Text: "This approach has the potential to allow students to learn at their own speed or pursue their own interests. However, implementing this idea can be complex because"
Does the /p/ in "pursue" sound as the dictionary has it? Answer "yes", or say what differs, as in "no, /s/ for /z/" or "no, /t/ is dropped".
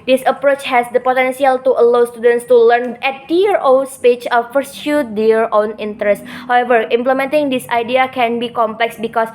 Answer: no, /f/ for /p/